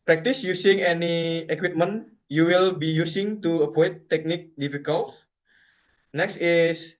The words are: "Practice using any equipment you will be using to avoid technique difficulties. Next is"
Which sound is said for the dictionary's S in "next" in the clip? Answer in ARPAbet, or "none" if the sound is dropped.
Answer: S